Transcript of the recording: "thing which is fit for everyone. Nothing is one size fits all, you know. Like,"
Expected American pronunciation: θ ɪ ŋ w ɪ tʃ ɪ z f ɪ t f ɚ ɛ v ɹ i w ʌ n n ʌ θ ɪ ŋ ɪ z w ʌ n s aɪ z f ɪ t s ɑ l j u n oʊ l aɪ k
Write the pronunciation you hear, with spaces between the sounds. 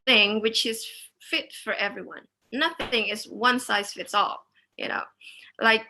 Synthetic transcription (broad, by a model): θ ɪ ŋ w ɪ tʃ ɪ z f ɪ t f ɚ ɛ v ɹ i w ʌ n n ʌ θ ɪ ŋ ɪ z w ʌ n s aɪ z f ɪ t s ɑ l j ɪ n oʊ l aɪ k